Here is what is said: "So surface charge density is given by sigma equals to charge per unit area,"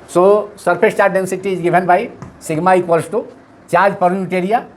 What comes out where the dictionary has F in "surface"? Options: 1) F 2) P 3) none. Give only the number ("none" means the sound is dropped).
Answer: 2